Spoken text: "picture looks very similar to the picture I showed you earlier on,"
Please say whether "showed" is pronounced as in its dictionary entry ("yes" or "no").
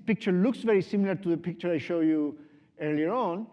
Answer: yes